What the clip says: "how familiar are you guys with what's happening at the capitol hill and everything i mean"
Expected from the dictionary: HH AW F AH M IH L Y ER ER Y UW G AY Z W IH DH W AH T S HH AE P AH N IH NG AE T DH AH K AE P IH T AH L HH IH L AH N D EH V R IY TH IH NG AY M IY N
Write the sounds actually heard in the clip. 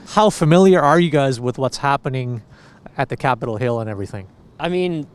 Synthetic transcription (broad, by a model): HH AW F AH M IH L Y ER ER Y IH G AY Z W IH DH W AH T S HH AE P AH N IH NG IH T DH AH K AE P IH T L HH IH L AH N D EH V R IY TH IH NG AY M IY N